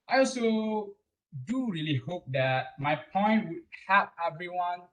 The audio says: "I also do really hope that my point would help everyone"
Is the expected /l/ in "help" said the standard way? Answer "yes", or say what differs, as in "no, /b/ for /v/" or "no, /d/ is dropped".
no, /l/ is dropped